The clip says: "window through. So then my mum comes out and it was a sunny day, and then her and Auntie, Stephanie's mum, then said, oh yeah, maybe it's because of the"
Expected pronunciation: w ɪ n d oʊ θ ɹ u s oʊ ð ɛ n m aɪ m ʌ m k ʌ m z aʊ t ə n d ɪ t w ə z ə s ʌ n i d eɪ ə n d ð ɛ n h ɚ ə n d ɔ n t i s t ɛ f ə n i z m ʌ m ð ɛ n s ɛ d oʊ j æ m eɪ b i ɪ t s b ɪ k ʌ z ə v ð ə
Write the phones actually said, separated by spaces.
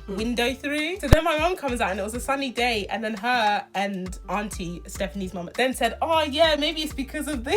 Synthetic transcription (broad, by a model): w ɪ n d oʊ θ ɹ u s oʊ ð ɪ n m aɪ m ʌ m k ʌ m z aʊ t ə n ɪ t w ə z ə s ʌ n i d eɪ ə n ð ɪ n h ɚ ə n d ɔ n t i s t ɛ f ə n i z m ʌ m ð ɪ n s ɛ d oʊ j æ m eɪ b i ɪ t s b ɪ k ʌ z ə v ð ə